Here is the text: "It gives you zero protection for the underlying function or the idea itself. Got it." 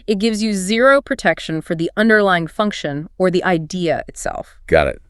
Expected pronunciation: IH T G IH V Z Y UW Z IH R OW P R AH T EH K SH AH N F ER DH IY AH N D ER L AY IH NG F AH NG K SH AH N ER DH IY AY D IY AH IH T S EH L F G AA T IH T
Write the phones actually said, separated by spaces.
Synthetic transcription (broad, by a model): IH T G IH V Z Y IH Z IH R OW P R AH T EH K SH AH N F ER DH IY AH N D ER L AY IH NG F AH NG K SH AH N ER DH IY AY D IY AH IH T S EH L F G AA T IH T